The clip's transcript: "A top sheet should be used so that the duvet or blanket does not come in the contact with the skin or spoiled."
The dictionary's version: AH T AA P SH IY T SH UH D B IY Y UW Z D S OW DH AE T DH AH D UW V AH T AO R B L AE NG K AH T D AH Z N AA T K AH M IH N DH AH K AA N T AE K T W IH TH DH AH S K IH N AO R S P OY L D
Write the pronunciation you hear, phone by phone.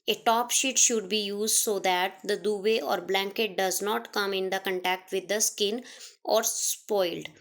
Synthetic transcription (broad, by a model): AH T AA P SH IY T SH UH D B IY Y UW Z D S OW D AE T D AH D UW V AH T AO R B L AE NG K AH T D AH Z N AA T K AH M IH N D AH K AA N T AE K T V IH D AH S K IH N AO R S P OY L D